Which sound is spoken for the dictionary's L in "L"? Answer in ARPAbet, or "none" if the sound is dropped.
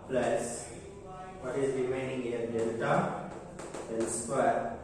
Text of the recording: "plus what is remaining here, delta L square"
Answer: N